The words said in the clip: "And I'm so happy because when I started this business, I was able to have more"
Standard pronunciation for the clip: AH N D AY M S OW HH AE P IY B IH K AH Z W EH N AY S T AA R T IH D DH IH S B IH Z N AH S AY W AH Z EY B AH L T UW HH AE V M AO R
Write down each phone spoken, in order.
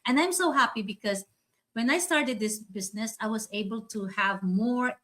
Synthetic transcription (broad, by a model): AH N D AY M S OW HH AE P IY B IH K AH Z W EH N AY S T AA R T IH D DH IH S B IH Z N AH S AY W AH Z EY B AH L T UW HH AE V M AO R